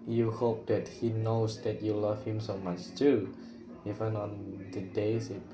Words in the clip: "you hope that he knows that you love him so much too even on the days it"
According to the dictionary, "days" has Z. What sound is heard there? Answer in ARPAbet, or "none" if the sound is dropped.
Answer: S